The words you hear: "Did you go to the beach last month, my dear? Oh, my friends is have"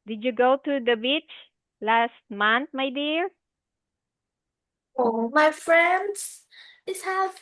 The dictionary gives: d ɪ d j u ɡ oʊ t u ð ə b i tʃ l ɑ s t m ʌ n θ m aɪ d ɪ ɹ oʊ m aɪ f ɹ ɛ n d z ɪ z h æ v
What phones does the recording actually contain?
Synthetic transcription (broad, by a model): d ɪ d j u ɡ oʊ t u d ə b i tʃ l ɑ s t m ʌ n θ m aɪ d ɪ ɹ oʊ m aɪ f ɹ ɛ n d s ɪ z h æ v